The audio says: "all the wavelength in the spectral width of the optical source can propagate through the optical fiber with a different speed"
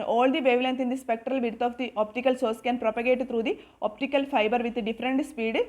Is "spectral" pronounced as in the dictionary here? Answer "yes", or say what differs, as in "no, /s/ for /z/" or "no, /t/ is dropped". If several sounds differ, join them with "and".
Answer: yes